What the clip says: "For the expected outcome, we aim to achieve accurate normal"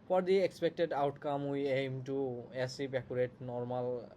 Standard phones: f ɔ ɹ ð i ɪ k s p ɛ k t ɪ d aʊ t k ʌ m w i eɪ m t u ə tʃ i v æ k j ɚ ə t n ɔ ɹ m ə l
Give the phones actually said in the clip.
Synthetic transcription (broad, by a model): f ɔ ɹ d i ɪ k s p ɛ k t ɪ d aʊ t k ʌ m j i eɪ m t u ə s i p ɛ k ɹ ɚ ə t n ɔ ɹ m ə l